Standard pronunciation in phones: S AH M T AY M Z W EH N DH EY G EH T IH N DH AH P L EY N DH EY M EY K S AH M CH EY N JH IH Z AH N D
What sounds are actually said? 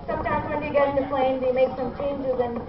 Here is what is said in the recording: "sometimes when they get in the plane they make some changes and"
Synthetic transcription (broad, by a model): S AH M T AY M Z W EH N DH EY G EH T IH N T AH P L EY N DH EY M EY K S AH M CH EY N JH IH Z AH N